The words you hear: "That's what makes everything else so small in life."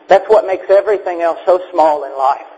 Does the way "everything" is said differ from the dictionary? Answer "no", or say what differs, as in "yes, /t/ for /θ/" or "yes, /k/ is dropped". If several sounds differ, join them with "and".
no